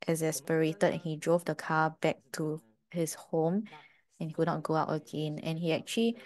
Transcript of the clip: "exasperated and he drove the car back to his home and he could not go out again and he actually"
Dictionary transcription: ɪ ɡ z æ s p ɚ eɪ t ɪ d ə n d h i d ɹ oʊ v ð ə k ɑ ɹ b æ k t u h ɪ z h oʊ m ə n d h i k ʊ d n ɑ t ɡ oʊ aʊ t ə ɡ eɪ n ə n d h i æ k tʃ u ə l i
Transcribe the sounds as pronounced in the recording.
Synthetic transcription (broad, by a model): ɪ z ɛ s p ɚ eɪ t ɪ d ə n h i d ɹ oʊ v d ə k ɑ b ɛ k t u h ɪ s h oʊ m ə n h i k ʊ d n ɑ t ɡ oʊ aʊ t ə ɡ eɪ n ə n h i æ k tʃ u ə l i